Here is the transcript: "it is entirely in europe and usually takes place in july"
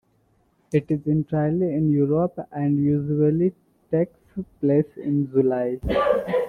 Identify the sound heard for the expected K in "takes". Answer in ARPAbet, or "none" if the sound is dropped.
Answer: K